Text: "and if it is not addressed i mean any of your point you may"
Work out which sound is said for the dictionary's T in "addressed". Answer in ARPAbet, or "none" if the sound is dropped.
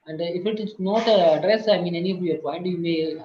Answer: none